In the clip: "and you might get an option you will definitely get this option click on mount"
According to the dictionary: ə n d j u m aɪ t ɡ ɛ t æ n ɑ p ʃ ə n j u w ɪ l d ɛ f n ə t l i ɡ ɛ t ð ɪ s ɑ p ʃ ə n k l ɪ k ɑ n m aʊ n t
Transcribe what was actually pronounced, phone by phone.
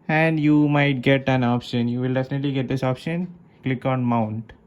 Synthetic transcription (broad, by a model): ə n d j u m aɪ t ɡ ɛ t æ n ɑ p ʃ ə n j u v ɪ l d ɛ f n ə t l i ɡ ɛ t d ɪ s ɑ p ʃ ə n k l ɪ k ɑ n m aʊ n t